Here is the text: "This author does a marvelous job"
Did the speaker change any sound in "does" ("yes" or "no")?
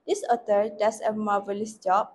yes